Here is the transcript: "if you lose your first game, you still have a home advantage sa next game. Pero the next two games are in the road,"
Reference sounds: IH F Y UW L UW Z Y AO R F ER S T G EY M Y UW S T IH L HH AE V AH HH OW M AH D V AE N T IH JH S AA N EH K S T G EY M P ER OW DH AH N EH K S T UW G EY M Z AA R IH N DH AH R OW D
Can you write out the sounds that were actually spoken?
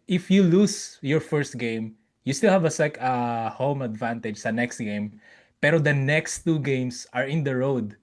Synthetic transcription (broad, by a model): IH F Y UW L UW S Y AO R F ER S T G EY M Y UW S T IH L HH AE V AH HH OW M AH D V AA N T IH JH S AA N EH K S T G EY M P ER OW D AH N EH K S T UW G EY M S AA R IH N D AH R OW D